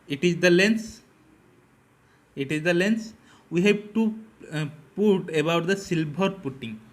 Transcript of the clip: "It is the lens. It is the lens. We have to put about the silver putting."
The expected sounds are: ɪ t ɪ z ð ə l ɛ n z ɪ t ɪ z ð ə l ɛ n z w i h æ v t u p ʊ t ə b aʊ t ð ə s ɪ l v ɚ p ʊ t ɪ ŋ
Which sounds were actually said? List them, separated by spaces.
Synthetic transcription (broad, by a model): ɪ t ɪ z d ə l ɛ n s ɪ t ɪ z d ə l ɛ n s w i h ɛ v t u p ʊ t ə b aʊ t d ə s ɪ l b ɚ p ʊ t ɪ ŋ